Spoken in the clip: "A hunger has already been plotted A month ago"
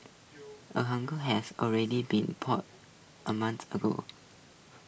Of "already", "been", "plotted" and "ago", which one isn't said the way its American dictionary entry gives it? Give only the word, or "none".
plotted